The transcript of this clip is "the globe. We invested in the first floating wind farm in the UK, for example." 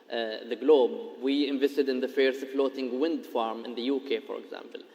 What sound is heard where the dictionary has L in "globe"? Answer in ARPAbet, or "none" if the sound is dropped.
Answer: L